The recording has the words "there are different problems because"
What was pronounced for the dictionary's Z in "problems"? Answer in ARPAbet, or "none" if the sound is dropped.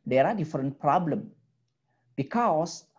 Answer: none